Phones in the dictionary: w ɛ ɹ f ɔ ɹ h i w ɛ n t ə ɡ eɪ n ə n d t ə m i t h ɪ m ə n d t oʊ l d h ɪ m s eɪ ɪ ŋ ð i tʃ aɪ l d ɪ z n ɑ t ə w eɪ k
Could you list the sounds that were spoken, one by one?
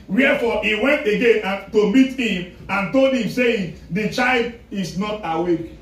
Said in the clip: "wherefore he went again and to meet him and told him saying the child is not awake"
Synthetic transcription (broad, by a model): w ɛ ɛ f ɔ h i w ɛ n t ə ɡ eɪ n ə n t ə m i t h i m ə n t oʊ l d h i m s eɪ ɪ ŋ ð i tʃ aɪ l d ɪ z n ɑ t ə w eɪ k